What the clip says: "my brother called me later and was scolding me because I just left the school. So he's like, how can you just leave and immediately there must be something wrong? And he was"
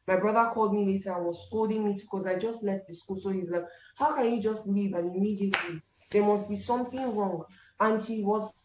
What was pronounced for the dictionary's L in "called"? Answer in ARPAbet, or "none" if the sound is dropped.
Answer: L